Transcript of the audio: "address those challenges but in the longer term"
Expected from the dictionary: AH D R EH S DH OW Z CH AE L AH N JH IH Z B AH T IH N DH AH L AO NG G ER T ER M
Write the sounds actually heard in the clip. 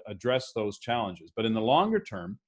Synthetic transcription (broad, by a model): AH D R EH S DH OW Z CH AE L AH N JH IH Z B AH T IH N DH AH L AO NG G ER T ER M